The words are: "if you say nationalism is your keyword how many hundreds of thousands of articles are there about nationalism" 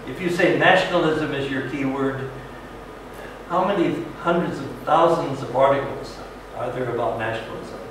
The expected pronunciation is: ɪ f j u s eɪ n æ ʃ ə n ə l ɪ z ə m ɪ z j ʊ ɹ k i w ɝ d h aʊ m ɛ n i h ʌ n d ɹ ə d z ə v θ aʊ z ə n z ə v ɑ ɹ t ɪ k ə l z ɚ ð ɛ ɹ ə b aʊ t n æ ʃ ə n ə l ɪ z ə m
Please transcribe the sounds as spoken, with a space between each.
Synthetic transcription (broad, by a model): ɪ f j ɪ s eɪ n æ ʃ n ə l ɪ z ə m ɪ z j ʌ ɹ k i w ɝ d h aʊ m ɛ n i h ʌ n d ɹ ə d z ə v θ aʊ z ə n z ə v ɑ ɹ t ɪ k l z ɚ ð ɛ ɹ ə b aʊ t n æ ʃ n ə l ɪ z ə m